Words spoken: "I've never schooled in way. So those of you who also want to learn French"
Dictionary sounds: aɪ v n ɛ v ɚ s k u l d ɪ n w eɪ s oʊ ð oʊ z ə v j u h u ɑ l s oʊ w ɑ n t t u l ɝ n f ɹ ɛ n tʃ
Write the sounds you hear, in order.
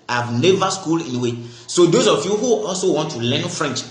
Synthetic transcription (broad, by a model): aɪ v n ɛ v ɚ s k u l ɪ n w eɪ s oʊ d oʊ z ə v j u h u ɑ l s oʊ w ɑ n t t u l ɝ n f ɹ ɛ n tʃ